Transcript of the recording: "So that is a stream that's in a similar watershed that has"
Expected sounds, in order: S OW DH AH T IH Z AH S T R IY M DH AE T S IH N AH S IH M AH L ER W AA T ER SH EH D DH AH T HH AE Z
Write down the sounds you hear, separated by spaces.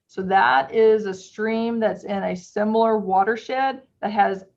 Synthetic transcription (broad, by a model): S OW DH AH T IH Z AH S T R IY M DH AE T S IH N AH S IH M L ER W AA T ER SH EH D DH AH T HH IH Z